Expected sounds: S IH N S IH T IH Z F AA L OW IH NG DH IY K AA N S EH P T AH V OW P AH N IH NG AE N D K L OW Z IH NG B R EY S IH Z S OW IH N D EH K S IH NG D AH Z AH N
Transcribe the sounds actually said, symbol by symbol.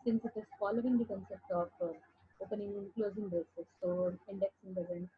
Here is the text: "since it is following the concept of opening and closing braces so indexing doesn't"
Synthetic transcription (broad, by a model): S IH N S IH T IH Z F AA L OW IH NG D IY K AA N S EH P T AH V OW P AH N IH NG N K L OW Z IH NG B EY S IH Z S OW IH N D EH K S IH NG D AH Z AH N